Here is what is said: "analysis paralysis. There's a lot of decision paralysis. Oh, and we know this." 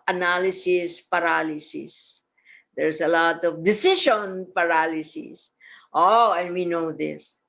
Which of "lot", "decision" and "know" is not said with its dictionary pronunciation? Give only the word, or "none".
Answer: decision